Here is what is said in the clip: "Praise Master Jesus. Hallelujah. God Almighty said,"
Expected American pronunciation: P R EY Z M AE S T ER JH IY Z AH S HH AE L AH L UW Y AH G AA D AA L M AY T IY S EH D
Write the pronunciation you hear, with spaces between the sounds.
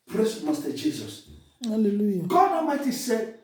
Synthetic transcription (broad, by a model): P R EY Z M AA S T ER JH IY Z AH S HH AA L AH L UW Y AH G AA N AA M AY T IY S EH